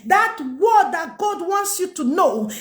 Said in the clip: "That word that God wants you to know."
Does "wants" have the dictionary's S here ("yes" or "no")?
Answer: yes